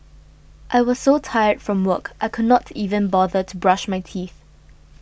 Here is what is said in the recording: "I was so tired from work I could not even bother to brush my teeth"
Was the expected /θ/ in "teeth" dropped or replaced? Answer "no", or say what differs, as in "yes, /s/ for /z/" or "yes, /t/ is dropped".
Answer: no